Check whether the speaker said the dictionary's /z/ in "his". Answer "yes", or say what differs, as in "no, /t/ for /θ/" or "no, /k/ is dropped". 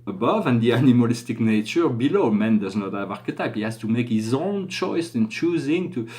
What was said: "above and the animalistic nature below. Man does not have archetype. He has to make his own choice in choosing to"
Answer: yes